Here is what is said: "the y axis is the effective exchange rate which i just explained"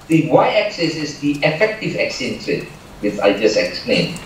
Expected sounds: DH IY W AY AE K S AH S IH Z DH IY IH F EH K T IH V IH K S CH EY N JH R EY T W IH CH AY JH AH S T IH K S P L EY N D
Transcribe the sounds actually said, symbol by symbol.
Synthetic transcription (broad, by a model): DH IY W AY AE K S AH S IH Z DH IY IH F EH K T IH V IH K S EY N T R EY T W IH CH AY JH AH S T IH K S P L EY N